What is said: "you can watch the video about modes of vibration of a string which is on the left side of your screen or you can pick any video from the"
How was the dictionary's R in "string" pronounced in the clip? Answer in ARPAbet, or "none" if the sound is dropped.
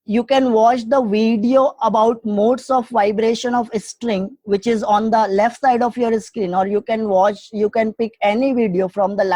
R